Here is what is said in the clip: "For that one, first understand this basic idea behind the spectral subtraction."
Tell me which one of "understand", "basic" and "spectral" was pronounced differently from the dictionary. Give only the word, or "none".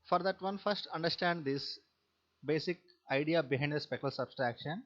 spectral